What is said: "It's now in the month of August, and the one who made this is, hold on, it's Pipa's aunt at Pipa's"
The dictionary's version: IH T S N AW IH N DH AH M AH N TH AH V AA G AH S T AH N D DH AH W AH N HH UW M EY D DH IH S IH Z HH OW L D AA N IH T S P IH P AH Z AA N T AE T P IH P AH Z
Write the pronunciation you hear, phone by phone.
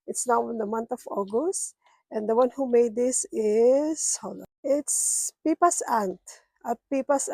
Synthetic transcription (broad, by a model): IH T S N AW IH N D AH M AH N T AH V AA G AH S T AH N D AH W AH N HH UW M EY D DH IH S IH S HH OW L AA IH T S P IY P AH S AA N T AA P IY P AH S